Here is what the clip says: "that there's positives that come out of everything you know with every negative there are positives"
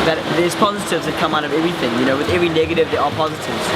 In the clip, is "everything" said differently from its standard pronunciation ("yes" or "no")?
no